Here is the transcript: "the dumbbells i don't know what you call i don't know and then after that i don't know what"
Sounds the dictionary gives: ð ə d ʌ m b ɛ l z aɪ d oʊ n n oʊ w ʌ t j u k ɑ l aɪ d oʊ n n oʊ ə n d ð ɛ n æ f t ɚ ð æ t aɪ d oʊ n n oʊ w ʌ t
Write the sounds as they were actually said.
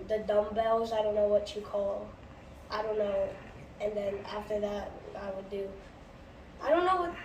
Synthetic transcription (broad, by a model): ð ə d ʌ m b ɛ l z aɪ d oʊ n n oʊ w ʌ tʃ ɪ k ɑ l aɪ d oʊ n n oʊ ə n ð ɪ n æ f t ɚ ð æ t aɪ d oʊ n n oʊ w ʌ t